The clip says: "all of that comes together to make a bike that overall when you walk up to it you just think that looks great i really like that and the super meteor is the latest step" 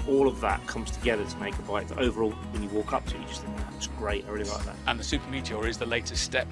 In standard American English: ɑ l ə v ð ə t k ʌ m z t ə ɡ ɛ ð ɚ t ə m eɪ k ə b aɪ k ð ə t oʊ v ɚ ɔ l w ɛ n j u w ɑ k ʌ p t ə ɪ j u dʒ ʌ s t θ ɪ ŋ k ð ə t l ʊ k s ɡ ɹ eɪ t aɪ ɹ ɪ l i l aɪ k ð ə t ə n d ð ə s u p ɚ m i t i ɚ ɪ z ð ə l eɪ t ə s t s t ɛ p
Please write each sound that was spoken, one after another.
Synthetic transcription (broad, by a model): ɑ l ə v ð ə t k ʌ m z t ə ɡ ɛ ð ɚ t ə m eɪ k ə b aɪ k ð ə t oʊ v ɚ ɔ l w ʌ n j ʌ w ɑ k ʌ p t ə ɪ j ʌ dʒ ʌ s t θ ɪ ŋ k ð ə t w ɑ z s ɡ ɹ eɪ t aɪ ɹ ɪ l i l aɪ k ð ə t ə n ð ə s u p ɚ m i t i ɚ ɪ z ð ə l eɪ t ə s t s t ɛ p